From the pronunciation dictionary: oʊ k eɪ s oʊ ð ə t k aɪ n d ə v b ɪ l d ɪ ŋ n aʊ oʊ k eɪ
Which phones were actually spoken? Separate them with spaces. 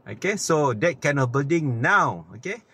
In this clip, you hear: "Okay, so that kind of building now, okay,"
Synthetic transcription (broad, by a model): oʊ k eɪ s oʊ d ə t k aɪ n ə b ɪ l d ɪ ŋ n aʊ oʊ k eɪ